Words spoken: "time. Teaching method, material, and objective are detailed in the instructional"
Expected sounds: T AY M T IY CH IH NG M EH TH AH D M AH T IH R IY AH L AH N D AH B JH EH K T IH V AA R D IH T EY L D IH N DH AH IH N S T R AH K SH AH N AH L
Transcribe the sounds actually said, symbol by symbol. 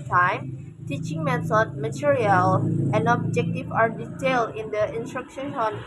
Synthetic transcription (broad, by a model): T AY M T IY CH IH NG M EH S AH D M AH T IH R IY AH L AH N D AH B JH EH K T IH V AA R D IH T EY L IH N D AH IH N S T R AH K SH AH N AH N